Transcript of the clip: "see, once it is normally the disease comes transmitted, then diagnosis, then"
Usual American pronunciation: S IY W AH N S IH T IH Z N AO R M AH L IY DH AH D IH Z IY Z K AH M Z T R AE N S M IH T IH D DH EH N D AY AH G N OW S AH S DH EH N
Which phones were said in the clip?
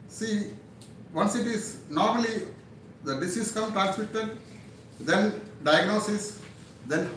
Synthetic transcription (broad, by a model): S IY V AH N S IH T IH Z N AO R M AH L IY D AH D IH S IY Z K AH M T R AE N S M IH T IH D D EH N D AY AH G N OW S AH S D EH N